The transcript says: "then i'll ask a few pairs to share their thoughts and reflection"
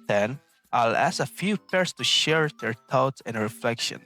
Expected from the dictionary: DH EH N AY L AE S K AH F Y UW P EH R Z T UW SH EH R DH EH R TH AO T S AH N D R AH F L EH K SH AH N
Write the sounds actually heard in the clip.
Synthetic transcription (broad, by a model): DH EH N AY L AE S AH F Y UW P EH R S T UW SH EH R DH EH R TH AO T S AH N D R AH F L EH K SH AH N